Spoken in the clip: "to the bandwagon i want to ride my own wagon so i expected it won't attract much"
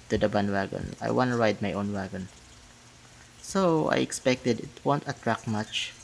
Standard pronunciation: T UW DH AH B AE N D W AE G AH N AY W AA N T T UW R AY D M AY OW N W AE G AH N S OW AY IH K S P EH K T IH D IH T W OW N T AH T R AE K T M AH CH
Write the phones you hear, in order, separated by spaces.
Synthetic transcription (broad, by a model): T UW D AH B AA N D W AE G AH N AY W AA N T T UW R AY D M AY OW N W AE G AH N S OW AY IH K S P EH K T IH D IH T W OW N T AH T R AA K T M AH CH